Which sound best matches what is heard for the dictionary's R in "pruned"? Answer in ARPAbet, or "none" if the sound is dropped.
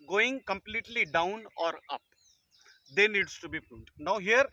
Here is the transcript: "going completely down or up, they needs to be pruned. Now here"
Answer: none